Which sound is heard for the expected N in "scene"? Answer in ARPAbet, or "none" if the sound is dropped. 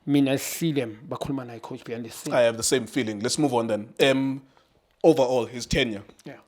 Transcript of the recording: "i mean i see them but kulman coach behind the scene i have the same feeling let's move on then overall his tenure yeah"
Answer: none